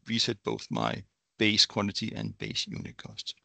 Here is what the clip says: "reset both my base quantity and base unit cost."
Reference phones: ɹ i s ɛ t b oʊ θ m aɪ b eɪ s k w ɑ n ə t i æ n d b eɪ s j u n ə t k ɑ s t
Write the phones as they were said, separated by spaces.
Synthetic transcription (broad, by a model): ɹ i s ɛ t b oʊ θ m aɪ b eɪ s k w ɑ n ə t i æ n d b eɪ s j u n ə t k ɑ s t